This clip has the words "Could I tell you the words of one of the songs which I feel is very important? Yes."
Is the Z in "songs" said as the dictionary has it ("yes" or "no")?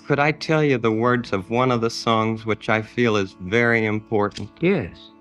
yes